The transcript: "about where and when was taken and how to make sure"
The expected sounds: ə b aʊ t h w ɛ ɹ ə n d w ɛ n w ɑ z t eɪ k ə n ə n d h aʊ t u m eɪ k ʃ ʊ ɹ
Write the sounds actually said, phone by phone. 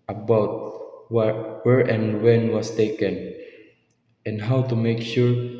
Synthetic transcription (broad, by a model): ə b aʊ t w w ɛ ɹ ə n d w ɛ n w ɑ s t eɪ k ə n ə n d h aʊ t u m eɪ k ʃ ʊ ɹ